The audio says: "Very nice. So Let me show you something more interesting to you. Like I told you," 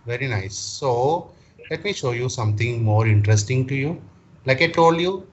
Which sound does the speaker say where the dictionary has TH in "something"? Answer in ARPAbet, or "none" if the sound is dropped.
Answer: T